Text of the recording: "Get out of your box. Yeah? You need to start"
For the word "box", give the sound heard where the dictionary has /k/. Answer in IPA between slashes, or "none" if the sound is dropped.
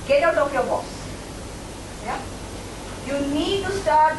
none